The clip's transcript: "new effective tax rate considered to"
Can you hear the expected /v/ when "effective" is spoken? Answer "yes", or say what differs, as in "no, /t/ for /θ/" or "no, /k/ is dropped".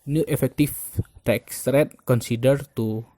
no, /f/ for /v/